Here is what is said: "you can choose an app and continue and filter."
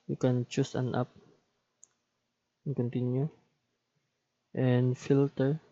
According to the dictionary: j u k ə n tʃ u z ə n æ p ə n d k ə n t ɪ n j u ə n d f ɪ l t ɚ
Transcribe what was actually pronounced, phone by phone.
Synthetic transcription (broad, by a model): j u k ə n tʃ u s ə n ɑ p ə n k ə n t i n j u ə n f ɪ l t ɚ